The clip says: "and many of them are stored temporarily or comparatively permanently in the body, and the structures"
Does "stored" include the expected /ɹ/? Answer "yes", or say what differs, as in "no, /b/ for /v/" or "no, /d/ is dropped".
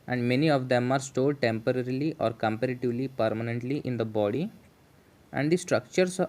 no, /l/ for /ɹ/